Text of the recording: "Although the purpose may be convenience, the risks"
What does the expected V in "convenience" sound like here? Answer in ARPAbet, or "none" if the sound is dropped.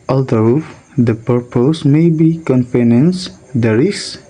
P